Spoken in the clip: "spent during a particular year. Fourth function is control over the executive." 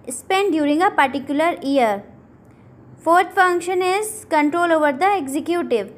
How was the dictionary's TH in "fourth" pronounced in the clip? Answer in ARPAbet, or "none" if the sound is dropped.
T